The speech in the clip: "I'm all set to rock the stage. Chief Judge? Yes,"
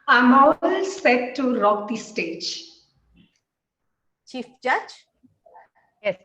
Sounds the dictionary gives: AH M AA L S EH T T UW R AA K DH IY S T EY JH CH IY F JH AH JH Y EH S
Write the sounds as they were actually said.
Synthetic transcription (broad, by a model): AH M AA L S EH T T UW R AA K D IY S T EY JH CH IY F JH AH JH Y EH S